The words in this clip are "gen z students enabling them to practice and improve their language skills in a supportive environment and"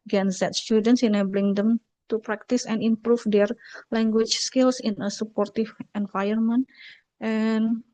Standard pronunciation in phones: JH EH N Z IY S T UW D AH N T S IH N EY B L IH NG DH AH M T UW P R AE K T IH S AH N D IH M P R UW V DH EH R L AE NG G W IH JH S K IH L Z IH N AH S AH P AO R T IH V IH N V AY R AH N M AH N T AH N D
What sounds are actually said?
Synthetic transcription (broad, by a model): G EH N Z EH S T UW D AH N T S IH N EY B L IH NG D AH M T UW P R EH K T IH S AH N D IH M P R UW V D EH R L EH NG G W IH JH S K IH L S IH N AH S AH P AO R T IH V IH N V AY AH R M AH N T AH N